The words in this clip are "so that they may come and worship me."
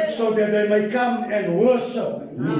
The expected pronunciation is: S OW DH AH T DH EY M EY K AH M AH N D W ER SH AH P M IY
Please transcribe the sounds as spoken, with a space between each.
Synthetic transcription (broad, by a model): S OW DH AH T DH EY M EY K AH M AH N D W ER S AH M